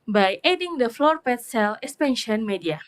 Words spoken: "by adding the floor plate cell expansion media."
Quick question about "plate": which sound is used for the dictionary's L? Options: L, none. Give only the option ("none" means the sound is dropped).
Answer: none